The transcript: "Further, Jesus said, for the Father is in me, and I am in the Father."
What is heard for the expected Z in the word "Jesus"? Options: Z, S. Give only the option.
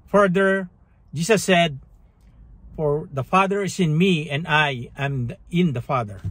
S